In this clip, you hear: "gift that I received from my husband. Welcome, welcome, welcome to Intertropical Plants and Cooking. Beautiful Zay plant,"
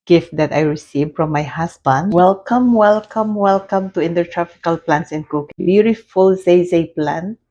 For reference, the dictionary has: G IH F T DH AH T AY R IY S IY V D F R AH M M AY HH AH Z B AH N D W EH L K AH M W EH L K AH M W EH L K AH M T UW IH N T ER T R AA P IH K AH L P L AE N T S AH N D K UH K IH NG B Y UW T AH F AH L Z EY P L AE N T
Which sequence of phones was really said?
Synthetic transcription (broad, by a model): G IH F T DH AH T AY R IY S IY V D F R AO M M AY HH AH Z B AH N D W EH L K AH M W EH L K AH M W EH L K AH M T UW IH N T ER T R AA F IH K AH L P L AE N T S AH N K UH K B Y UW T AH F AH L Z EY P L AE N